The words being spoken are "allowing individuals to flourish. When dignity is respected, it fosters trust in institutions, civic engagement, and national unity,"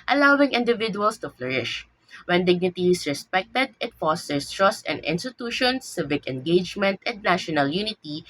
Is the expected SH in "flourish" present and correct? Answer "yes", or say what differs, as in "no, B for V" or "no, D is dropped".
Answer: yes